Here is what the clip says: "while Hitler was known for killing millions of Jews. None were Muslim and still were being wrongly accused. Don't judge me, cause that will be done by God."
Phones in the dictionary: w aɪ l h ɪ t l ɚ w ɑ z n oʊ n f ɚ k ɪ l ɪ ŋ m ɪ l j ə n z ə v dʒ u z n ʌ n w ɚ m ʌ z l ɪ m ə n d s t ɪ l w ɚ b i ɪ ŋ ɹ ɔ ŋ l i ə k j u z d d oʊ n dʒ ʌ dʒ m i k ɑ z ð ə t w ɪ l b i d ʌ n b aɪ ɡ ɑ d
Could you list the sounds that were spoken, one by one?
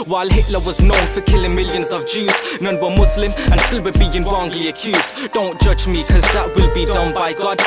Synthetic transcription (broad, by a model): w aɪ l h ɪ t l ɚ w ɑ z n oʊ n f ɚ k ɪ l ɪ ŋ m ɪ l j ə n z ə v dʒ u z n ʌ n w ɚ m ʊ s l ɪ m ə n s t ɪ l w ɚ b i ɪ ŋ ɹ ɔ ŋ l i ə k j u z d d oʊ n dʒ ʌ dʒ m i k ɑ z ð ə t w ɪ l b i d ʌ n b aɪ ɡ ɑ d